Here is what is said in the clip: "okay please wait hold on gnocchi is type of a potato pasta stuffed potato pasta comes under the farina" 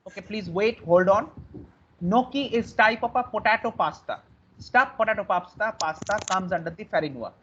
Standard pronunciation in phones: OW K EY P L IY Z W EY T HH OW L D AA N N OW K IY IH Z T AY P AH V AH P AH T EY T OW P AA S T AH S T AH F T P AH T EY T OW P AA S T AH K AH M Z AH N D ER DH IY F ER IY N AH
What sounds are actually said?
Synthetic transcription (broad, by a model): OW K EY P L IY Z W EY T HH OW L D AA N N OW K IY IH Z T AY P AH P AH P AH T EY T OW P AA S T AH S T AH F T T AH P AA T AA P AA S T AH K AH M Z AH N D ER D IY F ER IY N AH